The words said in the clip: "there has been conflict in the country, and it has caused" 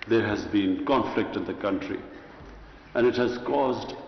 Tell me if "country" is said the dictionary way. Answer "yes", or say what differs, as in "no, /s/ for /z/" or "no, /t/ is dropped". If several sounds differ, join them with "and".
yes